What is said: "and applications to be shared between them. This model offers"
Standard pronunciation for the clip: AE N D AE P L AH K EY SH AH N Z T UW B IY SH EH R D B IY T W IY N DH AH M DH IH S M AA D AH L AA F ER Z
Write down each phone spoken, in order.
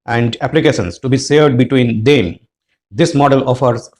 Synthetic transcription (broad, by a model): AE N D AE P L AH K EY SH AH N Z T UW B IY S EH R D B IY T W IY N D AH M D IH S M AA D AH L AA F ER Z